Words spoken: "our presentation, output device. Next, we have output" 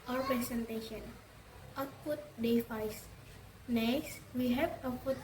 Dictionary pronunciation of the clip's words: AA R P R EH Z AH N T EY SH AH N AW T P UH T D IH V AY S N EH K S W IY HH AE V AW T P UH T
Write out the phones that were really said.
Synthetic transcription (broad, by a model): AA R P R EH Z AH N T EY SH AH N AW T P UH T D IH F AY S N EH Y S W IY HH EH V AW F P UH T